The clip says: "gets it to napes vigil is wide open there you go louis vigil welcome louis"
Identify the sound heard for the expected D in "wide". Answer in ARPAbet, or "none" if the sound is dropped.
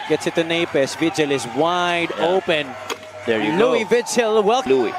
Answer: D